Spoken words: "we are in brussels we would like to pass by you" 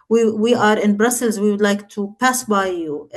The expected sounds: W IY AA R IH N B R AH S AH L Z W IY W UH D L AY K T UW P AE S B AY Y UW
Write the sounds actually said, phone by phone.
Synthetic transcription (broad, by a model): W IY AA R IH N B R AH S AH L Z W IY W UH D L AY K T UW P AE S B AY Y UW